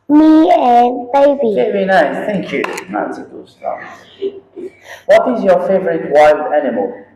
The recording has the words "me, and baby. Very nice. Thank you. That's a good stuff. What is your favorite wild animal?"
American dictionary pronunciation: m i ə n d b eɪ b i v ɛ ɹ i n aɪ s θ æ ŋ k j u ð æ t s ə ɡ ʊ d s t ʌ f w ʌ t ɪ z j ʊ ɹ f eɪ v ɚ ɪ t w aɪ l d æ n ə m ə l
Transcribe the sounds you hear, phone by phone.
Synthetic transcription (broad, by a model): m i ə b eɪ b i b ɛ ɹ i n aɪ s θ æ ŋ k j u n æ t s ə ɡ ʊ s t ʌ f w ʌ t ɪ z j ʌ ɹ f eɪ v ɚ ɪ t w aɪ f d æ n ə m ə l